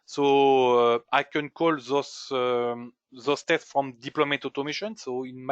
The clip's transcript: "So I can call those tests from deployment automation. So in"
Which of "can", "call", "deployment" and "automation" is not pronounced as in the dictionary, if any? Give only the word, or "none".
deployment